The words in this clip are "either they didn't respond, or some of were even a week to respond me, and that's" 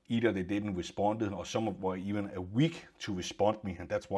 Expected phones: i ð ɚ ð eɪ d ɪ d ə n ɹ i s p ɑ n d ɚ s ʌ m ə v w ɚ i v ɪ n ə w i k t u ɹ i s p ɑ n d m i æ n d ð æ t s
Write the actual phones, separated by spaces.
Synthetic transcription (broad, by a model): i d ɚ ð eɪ d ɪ d n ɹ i s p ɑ n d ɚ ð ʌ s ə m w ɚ i v ɪ n ə w i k s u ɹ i s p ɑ n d m i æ n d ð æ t s